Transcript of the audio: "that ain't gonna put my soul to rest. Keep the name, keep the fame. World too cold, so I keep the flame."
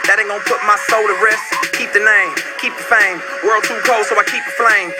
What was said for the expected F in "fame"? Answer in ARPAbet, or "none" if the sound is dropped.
F